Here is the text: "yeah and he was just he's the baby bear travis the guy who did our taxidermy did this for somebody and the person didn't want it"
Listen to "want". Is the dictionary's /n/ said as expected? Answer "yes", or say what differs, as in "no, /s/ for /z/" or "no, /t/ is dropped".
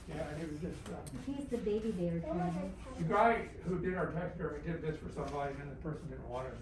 no, /n/ is dropped